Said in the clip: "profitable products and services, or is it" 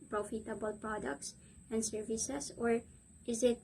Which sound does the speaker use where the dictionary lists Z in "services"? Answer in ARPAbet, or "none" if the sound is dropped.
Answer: S